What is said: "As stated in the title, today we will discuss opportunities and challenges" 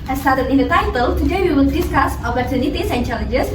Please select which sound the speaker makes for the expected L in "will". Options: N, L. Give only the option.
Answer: N